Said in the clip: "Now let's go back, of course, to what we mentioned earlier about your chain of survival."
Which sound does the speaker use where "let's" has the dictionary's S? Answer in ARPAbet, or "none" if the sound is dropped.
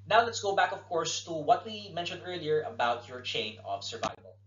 S